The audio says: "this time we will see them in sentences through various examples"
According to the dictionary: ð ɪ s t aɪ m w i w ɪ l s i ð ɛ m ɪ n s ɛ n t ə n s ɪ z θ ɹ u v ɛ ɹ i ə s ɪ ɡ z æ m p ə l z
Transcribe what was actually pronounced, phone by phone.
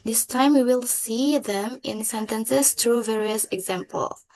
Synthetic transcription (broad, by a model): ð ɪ s t aɪ m w i w ɪ l s i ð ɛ m ɪ n s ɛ n t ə n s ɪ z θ ɹ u v ɛ ɹ i ə s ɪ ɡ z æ m p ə l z